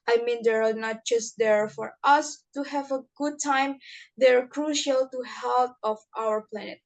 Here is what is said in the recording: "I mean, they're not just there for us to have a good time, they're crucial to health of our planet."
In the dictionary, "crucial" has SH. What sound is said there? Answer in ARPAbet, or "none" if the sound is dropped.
SH